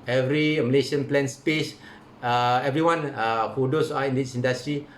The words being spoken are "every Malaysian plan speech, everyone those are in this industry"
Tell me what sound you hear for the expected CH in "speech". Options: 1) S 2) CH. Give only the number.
1